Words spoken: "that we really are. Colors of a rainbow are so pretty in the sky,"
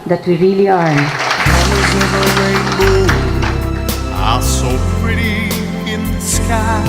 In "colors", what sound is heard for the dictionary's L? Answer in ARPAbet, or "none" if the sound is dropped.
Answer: none